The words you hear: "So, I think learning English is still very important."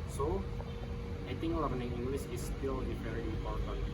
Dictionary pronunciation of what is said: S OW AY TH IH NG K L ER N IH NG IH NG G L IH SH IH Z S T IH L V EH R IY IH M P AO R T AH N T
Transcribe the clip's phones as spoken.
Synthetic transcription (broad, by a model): S OW AY T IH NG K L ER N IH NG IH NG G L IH S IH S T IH L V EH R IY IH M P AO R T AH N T